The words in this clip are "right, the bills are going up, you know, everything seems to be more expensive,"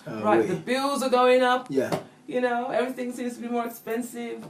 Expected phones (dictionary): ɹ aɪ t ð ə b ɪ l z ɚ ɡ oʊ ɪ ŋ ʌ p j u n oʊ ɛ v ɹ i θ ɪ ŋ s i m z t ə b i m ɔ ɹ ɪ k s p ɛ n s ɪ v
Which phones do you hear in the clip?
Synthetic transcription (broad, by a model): ɹ aɪ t ð ə b ɪ l z ɚ ɡ oʊ ɪ ŋ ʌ p j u n oʊ ɛ v ɹ i θ ɪ ŋ s i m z t ə b i m ɔ ɹ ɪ k s p ɛ n s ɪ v